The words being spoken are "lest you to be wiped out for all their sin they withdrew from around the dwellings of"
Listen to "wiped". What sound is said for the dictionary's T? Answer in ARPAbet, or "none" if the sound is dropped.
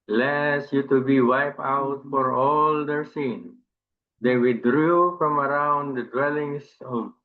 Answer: none